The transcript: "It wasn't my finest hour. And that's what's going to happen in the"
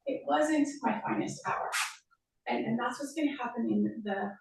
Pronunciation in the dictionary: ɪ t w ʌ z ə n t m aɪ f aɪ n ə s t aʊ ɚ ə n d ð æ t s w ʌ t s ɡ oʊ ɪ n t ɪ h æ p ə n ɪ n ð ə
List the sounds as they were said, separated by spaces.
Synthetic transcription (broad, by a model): ɪ t w ʌ z ə n t m aɪ f aɪ n ə s t aʊ ɚ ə n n ð æ t s w ʌ t s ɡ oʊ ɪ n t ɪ h æ p ə n ɪ n ð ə